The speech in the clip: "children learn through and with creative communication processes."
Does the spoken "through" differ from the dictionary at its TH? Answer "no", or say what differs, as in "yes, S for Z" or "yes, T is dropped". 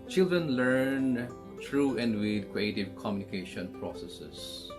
yes, T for TH